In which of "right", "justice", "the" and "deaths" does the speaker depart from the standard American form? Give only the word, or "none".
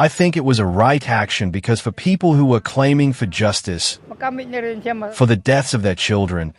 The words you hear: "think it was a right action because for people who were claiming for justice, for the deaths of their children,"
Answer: none